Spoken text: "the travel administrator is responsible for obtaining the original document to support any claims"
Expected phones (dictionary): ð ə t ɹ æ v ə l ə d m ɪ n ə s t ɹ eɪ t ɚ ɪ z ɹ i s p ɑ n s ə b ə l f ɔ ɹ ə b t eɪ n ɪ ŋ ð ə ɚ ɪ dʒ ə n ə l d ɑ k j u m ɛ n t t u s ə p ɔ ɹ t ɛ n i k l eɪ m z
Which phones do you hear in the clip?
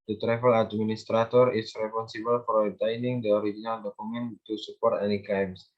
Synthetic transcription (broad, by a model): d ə t ɹ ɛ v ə l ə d m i n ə s t ɹ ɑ t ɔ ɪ s ɹ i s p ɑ n s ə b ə l f ɔ ɹ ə t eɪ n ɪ ŋ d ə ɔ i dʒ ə n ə l d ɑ k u m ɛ n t t u s ə p ɔ ɹ t ɛ n i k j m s